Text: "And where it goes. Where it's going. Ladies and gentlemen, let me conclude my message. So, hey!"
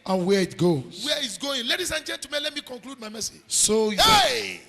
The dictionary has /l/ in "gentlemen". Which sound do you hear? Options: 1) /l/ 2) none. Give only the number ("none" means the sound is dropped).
2